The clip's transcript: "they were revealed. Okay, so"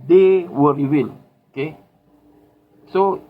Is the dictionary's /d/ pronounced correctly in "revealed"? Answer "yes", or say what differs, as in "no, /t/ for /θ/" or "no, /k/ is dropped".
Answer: no, /d/ is dropped